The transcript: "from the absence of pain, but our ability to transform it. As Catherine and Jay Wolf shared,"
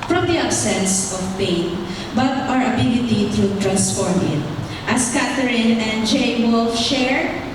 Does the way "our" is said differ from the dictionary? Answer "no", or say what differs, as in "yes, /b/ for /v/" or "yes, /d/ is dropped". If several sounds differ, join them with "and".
no